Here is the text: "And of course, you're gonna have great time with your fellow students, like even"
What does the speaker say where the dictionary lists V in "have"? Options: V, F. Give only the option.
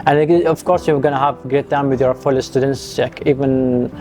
V